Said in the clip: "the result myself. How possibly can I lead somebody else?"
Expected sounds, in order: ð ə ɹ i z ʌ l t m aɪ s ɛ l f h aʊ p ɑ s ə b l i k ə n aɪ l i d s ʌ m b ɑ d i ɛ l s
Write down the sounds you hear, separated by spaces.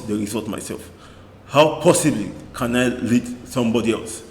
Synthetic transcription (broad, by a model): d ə ɹ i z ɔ t m aɪ s ɛ l f h aʊ p ɑ s ə b l i k ə n aɪ l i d s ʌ m b ɑ d i ɛ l s